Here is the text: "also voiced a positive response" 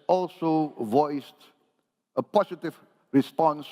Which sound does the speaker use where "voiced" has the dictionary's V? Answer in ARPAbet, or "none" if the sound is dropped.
V